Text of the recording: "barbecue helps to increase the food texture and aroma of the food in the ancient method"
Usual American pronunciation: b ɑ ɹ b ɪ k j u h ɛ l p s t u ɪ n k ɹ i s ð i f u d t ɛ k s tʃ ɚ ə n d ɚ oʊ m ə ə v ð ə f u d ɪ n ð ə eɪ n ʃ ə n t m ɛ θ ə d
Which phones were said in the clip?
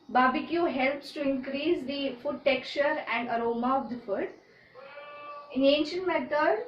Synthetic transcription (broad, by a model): b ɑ b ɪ k j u h ɛ l p s t u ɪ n k ɹ i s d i f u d t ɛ k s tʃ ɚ ə n d ɚ oʊ m ə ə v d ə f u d ɪ n eɪ n ʃ ə n t m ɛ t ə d